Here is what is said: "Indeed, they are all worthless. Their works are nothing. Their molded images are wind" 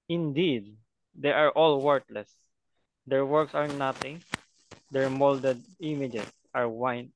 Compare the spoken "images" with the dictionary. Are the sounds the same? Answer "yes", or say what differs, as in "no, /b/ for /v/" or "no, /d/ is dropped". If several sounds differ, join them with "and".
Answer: no, /s/ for /z/